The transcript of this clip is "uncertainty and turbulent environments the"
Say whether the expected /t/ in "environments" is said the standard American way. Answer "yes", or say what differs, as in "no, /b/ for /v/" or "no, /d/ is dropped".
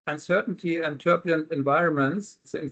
no, /s/ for /t/